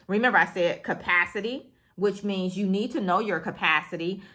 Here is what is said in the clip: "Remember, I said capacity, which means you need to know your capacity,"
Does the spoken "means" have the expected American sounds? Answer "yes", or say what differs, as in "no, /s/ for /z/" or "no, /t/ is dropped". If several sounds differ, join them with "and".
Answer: yes